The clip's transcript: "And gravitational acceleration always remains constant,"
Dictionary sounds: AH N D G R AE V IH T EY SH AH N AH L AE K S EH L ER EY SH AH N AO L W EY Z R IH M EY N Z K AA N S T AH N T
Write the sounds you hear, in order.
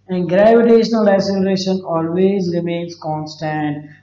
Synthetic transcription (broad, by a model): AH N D G R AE V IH T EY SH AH N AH L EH S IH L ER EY SH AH N AO L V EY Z R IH M EY N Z K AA N S T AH N T